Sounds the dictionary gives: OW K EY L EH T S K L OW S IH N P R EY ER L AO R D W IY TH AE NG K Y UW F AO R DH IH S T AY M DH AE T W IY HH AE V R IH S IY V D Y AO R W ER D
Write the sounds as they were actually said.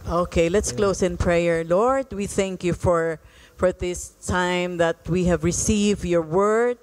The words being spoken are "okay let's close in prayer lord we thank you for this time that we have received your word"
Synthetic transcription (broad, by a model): OW K EY L EH T S K L OW S IH N P R EY ER L AO R D W IY TH AE NG K Y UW F AO R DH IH S T AY M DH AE T W IY HH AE V R IH S IY V D Y AO R W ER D